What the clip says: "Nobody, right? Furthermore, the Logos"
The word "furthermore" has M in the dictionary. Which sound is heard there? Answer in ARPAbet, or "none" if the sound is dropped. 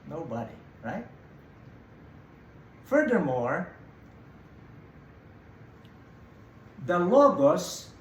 M